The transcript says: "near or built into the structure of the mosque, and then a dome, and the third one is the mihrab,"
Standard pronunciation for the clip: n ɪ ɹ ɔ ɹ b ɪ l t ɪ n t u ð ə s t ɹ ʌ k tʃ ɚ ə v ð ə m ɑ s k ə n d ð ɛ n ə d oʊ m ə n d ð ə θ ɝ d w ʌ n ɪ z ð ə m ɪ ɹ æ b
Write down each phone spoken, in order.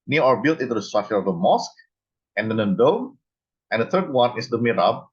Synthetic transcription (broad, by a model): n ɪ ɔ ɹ b ɪ l t ɪ n t u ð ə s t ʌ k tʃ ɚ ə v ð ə m ɑ s k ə n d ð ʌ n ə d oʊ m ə n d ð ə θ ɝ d w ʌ n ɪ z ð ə m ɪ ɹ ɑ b